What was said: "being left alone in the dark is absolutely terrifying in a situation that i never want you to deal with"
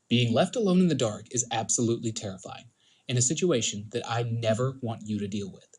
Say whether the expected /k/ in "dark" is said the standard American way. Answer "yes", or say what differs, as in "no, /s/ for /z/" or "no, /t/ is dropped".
yes